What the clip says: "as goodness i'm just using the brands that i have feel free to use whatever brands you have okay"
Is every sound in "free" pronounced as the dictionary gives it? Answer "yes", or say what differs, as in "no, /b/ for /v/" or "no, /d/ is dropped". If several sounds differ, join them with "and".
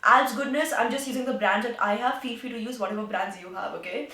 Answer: no, /ɹ/ is dropped